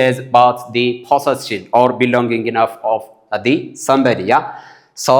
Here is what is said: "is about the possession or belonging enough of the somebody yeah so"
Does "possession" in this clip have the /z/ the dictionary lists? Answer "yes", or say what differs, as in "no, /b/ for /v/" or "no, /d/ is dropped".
no, /s/ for /z/